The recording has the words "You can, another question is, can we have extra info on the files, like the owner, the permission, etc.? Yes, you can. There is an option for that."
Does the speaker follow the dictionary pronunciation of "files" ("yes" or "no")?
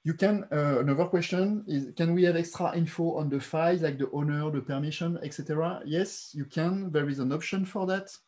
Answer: no